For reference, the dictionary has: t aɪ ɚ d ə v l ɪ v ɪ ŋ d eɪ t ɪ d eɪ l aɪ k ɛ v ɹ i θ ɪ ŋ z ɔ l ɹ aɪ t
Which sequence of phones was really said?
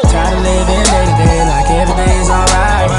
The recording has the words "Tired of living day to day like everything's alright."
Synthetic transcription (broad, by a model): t aɪ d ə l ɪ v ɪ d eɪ t ɪ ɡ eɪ l aɪ k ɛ v ɹ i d ɪ z ɔ l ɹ aɪ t